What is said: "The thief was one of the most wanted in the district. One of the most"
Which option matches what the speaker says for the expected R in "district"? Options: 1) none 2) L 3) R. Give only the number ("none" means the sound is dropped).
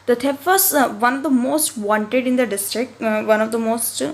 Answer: 3